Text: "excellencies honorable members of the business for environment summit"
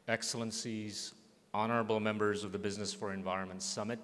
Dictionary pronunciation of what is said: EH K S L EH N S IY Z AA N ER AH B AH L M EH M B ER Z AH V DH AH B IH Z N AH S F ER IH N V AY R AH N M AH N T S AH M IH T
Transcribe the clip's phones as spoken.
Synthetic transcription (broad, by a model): EH K S L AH N S IY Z AA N ER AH B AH L M EH M B ER Z AH V DH AH B IH Z N AH S F ER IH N V AY R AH N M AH N T S AH M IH T